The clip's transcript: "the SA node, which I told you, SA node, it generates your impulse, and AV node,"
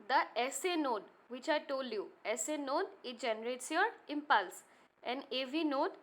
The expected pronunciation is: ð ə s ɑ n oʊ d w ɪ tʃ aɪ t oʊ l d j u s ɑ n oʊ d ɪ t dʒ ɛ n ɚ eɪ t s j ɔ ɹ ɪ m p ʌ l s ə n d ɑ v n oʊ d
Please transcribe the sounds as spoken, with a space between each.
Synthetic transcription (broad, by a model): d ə s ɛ n oʊ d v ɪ tʃ aɪ t oʊ l d j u s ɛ n oʊ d ɪ t dʒ ɛ n ɚ eɪ t s j ɔ ɹ ɪ m p ʌ l s ə n d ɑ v n oʊ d